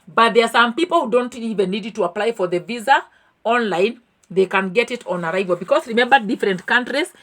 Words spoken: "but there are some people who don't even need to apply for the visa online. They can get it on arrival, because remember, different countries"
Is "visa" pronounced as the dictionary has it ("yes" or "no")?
yes